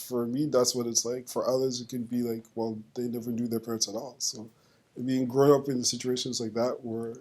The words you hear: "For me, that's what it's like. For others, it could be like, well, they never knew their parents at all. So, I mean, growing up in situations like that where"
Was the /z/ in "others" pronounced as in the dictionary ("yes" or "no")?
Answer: yes